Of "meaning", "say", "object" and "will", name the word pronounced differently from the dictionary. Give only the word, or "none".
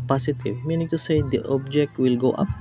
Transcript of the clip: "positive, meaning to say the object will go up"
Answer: none